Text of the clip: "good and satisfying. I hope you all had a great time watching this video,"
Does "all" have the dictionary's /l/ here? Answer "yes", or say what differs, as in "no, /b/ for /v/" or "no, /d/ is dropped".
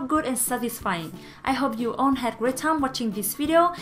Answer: no, /n/ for /l/